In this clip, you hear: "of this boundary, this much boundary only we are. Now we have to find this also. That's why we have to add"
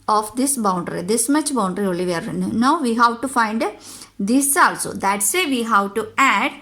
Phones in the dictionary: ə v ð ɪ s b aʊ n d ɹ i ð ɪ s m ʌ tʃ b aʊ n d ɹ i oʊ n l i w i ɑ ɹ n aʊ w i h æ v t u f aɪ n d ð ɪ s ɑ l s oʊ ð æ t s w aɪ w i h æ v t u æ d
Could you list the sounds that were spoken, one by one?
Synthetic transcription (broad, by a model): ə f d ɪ s b aʊ n d ɹ i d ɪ s m ʌ tʃ b aʊ n d ɹ i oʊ l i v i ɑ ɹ n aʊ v i h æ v t u f aɪ n d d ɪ s ɑ l s oʊ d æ t s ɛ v i h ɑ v t u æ d